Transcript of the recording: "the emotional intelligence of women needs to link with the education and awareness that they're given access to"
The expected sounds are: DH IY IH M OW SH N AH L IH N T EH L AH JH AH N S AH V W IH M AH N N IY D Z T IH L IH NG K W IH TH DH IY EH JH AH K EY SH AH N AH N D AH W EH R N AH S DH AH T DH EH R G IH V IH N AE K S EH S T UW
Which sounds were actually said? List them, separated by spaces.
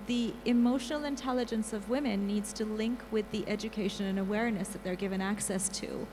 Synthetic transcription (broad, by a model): DH IY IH M OW SH N L IH N T EH L AH JH AH N S AH V W IH M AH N N IY D Z T IH L IH NG K W IH DH IY EH JH AH K EY SH AH N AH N AH W EH R N AH S DH AH T DH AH R G IH V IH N AE K S EH S T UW